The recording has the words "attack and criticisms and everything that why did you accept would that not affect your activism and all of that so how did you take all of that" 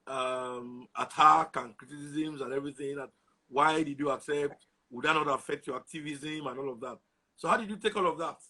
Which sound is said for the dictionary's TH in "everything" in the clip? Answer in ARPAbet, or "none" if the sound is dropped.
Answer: TH